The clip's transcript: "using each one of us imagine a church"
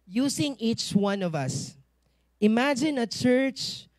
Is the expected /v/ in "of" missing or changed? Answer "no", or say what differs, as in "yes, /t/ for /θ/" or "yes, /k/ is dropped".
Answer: no